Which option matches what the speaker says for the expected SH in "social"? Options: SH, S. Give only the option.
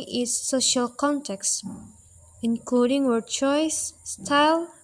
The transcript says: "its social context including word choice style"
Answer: SH